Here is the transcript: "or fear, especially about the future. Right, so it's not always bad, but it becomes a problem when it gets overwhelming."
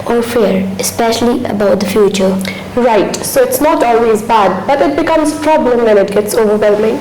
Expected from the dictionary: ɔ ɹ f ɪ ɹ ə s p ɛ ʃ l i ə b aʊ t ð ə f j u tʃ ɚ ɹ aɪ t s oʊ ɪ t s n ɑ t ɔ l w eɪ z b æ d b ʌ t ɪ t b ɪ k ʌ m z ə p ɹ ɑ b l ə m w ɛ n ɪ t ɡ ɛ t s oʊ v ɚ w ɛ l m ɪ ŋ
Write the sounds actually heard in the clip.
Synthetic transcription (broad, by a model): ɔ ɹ f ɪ ɹ ə s p ɛ ʃ l i ə b aʊ t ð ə f j u tʃ ɚ ɹ aɪ t s oʊ ɪ t s n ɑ t ɔ l w eɪ z b æ d b ʌ t ɪ t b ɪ k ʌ m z p ɹ ɑ b l ə m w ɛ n ɪ t ɡ ɛ t s oʊ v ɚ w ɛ l m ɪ ŋ